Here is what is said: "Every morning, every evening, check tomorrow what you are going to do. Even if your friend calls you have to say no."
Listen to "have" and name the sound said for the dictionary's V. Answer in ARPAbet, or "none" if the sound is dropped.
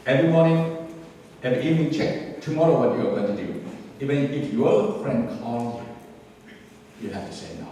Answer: F